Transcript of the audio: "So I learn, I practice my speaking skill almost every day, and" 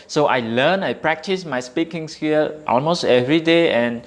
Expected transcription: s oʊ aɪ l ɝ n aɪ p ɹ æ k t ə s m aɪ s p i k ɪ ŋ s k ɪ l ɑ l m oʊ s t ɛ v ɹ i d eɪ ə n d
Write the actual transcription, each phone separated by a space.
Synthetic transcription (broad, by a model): s oʊ aɪ l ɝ n aɪ p ɹ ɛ k t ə s m aɪ s p i k ɪ ŋ s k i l ɑ l m oʊ s t ɛ v ɹ i d eɪ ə n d